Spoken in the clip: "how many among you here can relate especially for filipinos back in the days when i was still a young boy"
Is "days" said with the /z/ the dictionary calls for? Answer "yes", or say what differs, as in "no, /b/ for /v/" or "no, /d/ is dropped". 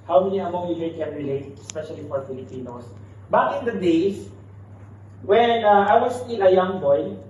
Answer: no, /s/ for /z/